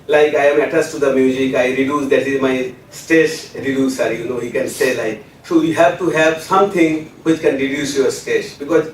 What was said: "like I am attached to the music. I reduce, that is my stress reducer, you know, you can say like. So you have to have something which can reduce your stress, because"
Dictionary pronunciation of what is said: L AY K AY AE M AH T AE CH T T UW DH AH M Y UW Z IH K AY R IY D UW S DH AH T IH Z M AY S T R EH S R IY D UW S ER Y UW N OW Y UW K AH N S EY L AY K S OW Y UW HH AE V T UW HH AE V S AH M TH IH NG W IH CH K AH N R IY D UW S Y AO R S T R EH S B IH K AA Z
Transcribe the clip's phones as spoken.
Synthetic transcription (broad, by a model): L AY K AY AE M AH T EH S T UW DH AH M Y UW Z IH K AY R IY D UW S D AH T IH Z M AY S T EH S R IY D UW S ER Y UW N OW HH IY K AH N S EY L AY K S OW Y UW HH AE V T UW HH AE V S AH M T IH NG W IH CH K AH N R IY D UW S Y AO R S T EH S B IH K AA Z